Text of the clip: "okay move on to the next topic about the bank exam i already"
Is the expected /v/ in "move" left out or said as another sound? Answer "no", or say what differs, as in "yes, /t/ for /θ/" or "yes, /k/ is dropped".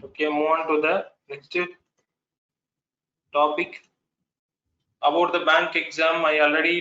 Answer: yes, /v/ is dropped